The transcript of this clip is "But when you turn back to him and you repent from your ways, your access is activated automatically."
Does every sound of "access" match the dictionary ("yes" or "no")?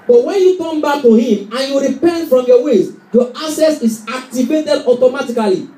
no